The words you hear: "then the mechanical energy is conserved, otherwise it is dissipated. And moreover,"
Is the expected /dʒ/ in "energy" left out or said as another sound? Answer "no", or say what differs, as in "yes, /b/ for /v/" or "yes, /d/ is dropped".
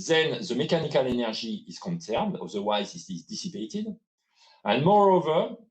yes, /ʒ/ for /dʒ/